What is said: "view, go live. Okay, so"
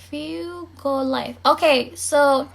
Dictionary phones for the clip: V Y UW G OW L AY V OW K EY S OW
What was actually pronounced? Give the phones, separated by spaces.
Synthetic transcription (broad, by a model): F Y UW G OW L AY F OW K EY S OW